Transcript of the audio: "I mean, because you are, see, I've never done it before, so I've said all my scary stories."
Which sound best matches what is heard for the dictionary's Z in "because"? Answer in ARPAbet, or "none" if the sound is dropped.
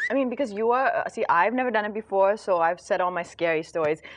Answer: Z